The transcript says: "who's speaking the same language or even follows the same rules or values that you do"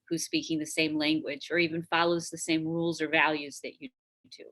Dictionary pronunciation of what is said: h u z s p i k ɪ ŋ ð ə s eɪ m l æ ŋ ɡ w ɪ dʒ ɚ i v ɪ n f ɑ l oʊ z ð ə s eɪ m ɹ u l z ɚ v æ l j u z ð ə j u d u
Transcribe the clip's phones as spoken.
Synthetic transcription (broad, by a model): h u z s p i k ɪ ŋ ð ə s eɪ m l æ ŋ ɡ w ɪ dʒ ɚ i v ɪ n f ɑ l oʊ z ð ə s eɪ m ɹ u l z ɚ v æ l j u z ð ə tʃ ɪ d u